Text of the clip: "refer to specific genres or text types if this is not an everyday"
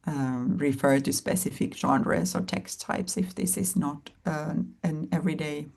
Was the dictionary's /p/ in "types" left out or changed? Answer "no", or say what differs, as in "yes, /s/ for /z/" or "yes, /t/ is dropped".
no